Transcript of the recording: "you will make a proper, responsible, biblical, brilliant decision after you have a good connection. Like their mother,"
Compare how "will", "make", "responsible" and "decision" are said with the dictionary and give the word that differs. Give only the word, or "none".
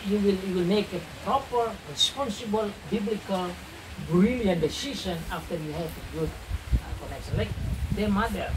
decision